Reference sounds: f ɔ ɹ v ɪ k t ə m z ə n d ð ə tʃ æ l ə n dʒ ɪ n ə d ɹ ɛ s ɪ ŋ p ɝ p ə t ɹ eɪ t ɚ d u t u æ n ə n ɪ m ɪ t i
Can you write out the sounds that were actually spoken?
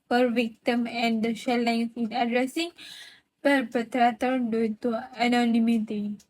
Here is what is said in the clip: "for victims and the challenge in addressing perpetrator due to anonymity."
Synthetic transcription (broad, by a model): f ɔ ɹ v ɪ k t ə m ə n d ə ʃ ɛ l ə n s ɪ n ə d ɹ ɛ s ɪ ŋ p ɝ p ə t ɹ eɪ t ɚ d u t u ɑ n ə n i m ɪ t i